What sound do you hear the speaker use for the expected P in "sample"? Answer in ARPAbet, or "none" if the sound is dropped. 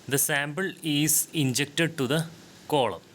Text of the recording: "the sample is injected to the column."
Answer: B